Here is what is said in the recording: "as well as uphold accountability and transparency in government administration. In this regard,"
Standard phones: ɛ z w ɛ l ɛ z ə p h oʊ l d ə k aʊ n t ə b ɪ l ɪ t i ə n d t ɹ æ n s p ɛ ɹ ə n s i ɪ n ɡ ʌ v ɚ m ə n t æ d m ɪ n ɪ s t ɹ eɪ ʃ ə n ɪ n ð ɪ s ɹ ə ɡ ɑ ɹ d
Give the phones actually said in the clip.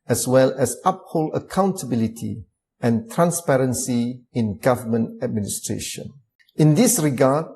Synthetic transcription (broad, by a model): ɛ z w ɛ l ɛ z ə p h oʊ l ə k aʊ n t ə b ɪ l ɪ t i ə n t ɹ æ n s p ɛ ɹ ə n s i ɪ n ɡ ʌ v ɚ m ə n t æ d m ɪ n ɪ s t ɹ eɪ ʃ ə n ɪ n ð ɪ s ɹ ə ɡ ɑ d